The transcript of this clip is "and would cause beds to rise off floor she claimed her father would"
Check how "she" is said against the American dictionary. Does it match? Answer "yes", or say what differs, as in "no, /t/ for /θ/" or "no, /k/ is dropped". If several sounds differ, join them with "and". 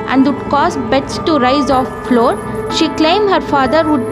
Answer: yes